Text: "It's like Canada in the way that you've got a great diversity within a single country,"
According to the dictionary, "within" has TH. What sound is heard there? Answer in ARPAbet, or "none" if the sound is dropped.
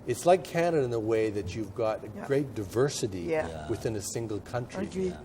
TH